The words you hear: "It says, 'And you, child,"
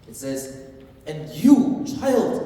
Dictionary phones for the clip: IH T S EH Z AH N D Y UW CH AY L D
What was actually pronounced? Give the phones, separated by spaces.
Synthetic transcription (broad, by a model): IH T S EH Z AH N Y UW CH AY L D